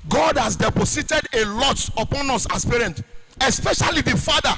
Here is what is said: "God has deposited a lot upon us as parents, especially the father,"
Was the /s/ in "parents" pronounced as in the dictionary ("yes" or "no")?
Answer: no